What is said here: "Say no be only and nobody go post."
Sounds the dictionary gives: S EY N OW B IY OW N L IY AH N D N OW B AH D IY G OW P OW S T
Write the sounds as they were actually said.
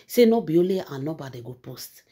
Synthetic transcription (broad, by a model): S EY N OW B IY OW L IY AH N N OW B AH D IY G OW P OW S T